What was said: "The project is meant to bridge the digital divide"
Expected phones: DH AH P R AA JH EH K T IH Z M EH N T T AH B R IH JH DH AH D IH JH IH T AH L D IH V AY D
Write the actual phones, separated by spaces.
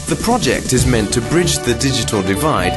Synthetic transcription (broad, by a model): DH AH P R AA JH EH K T IH Z M EH N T T AH B R IH JH DH AH D IH JH IH T AH L D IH V AY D